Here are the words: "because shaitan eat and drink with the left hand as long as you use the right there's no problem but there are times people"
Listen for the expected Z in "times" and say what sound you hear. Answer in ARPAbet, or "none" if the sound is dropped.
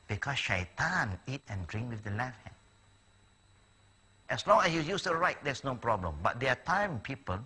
none